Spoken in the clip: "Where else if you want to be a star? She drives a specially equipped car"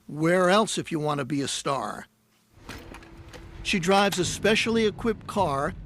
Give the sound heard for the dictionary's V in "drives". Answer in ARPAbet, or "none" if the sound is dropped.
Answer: V